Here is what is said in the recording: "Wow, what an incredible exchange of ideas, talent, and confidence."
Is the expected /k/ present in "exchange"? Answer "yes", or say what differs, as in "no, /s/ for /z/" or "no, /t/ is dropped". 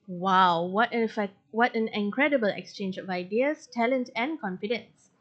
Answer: yes